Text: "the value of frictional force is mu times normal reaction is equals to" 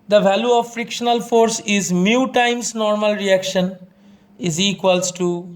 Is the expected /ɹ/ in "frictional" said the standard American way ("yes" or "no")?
yes